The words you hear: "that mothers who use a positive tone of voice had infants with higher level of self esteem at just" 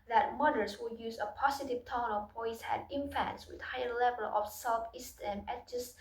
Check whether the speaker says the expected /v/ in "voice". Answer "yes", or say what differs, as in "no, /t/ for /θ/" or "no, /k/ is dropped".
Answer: no, /b/ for /v/